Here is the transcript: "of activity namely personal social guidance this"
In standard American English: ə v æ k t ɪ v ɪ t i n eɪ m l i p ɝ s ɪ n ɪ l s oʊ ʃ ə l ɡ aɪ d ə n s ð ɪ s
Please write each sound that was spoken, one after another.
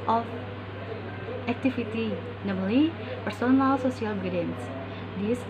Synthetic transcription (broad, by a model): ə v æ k t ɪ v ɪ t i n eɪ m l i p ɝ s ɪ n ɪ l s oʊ s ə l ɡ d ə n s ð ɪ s